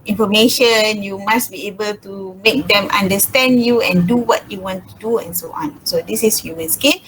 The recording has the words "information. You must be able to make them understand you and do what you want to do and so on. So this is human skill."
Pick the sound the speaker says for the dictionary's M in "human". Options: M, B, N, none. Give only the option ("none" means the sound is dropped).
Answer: none